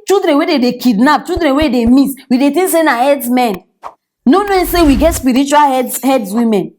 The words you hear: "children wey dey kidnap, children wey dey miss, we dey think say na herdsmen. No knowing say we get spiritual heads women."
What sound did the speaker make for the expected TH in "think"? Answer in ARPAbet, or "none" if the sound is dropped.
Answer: T